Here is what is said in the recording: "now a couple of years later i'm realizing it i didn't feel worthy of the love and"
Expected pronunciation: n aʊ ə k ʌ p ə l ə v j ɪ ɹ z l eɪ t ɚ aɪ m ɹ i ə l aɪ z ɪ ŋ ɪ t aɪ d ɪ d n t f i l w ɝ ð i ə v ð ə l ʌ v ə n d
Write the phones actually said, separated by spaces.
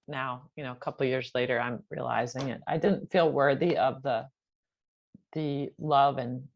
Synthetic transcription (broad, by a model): n aʊ ə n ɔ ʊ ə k ə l j ɪ ɹ z l eɪ t ɚ aɪ m ɹ i ə l aɪ z ɪ ŋ ɪ t aɪ d ɪ d n t f i l w ɝ ð i ə v ð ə l ʌ v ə n